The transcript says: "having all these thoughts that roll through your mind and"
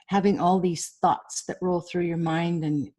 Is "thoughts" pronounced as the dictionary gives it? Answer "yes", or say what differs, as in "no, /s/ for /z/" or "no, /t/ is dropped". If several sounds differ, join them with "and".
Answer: yes